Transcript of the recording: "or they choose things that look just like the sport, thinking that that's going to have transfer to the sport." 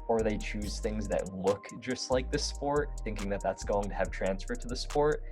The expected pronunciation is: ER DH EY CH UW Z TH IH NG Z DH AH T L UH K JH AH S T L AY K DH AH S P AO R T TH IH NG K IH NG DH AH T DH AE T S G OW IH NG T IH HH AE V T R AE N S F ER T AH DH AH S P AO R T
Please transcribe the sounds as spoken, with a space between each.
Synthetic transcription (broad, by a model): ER DH EY CH UW Z TH IH NG Z DH AH T L UH K JH AH S T L AY K DH AH S P AO R T TH IH NG K IH NG DH AH T DH AE T S G OW IH NG T IH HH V T R AE N S F ER T AH DH AH S P AO R T